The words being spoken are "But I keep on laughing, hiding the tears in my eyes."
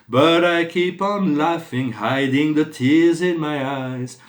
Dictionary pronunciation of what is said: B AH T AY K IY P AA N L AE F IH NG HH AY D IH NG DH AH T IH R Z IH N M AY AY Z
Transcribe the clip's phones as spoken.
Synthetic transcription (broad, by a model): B AH T AY K IY P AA N L AE F IH NG HH AY D IH NG DH AH T IH R Z IH N M AY AY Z